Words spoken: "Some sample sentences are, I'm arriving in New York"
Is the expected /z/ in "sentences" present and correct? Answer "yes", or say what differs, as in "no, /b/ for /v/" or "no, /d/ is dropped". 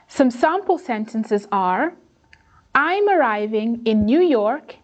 yes